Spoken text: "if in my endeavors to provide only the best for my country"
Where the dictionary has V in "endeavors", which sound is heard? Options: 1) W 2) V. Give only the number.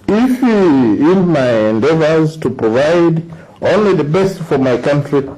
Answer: 2